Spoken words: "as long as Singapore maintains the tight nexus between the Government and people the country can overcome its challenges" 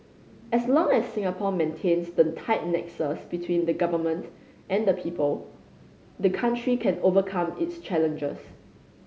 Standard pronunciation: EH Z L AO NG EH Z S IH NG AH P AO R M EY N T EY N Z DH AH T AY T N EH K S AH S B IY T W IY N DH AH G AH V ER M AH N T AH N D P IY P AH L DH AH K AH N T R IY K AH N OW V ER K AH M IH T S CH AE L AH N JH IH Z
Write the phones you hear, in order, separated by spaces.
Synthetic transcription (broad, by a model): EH S L AO NG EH S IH NG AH P AO M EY N T EY N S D AH T AY T N EH K S AH S B IY T W IY N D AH G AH V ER M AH N T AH N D P IY P AH L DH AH K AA N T R IY K AH N OW V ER K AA M IH T S CH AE L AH N JH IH S